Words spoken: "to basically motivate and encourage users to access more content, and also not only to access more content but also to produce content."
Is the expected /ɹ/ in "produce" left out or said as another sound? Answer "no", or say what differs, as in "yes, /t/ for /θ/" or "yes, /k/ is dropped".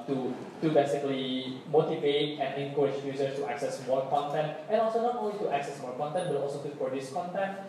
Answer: yes, /ɹ/ is dropped